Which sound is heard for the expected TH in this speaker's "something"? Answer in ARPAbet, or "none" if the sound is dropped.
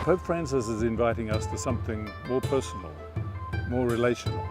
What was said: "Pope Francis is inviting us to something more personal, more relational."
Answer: TH